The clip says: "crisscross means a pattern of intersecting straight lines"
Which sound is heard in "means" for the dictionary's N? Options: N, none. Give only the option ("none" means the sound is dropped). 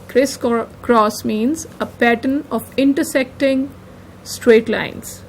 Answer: N